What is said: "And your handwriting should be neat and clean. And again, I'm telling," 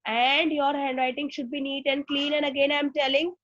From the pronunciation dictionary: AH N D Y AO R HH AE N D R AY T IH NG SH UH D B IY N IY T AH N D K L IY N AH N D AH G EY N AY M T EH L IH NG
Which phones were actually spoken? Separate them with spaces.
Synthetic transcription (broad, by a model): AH N D Y AO R HH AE N D R AY T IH NG SH UH D B IY N IY T AH N D K L IY N AH N D AH G EY N AY M T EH L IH NG